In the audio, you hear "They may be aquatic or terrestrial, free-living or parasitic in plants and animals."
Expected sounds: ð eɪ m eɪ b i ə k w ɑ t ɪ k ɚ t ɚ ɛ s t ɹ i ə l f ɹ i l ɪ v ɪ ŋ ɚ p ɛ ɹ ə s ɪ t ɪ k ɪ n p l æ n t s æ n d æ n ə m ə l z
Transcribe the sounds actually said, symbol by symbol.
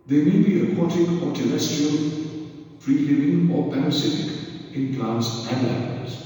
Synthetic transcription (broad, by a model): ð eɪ m eɪ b i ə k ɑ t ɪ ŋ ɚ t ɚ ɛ s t i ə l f ɹ i l ɪ v ɪ ŋ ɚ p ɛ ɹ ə s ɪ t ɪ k ɪ n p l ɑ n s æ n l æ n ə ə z